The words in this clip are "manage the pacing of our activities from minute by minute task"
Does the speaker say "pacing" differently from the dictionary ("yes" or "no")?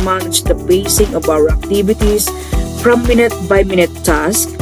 yes